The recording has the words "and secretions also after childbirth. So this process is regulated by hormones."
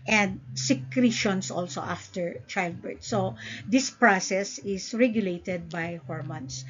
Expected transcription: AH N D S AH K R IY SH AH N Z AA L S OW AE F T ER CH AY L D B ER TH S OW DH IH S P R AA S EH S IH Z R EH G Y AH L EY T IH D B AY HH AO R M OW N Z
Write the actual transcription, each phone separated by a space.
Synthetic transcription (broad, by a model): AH N D S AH K R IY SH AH N S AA L S OW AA F T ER CH AY L D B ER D S OW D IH S P R AA S EH S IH S R EH G Y AH L EY T IH D B AY HH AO R M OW N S